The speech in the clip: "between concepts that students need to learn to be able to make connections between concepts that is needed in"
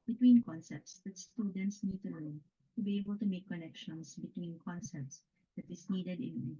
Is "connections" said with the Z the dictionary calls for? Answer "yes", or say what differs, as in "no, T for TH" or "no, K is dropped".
no, S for Z